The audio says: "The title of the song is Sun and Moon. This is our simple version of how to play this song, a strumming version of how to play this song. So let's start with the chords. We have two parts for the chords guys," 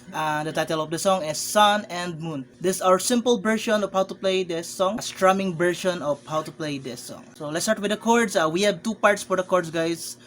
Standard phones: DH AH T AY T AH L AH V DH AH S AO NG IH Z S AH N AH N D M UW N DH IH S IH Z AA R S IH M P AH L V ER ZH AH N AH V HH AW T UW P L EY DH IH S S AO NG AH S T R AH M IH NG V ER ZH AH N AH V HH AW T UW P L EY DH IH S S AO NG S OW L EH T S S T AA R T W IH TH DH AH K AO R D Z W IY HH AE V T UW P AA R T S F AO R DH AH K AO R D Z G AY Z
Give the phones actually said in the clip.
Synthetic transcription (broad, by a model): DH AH T AY T AH L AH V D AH S AO NG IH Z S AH N AH N D M UW N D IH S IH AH R S IH M P AH L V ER SH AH N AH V HH AW T UW P L EY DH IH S S AO NG S T R AH M IH NG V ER SH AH N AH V HH AW T UW P L EY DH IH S S AO NG S OW L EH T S S T AA R T W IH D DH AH K AO R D S W IY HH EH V T UW P AA R T S F AO R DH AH K AO R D S G AY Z